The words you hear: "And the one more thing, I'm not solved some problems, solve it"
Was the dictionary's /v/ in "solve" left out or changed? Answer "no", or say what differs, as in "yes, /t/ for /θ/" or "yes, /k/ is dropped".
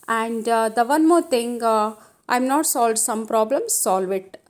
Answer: no